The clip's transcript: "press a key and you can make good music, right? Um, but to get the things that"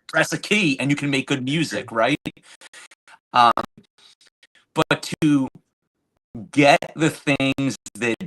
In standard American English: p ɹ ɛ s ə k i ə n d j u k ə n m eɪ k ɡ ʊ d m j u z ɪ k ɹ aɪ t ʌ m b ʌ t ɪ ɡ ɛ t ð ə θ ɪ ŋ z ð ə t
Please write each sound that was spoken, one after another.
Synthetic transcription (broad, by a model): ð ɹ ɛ s ə k i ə n j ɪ k ə n m eɪ k ɡ ʊ d m j u z ɪ k ɹ aɪ t ʌ m b ʌ t ɪ ɡ ɛ t ð ə θ ɪ ŋ z ð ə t